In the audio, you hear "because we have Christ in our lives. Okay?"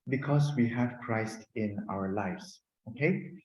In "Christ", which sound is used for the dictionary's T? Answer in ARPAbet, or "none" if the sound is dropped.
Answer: T